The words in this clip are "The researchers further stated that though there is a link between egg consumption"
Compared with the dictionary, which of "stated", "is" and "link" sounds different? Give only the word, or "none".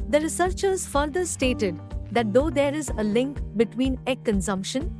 none